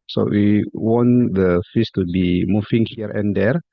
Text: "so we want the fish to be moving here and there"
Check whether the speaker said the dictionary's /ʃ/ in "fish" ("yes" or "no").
no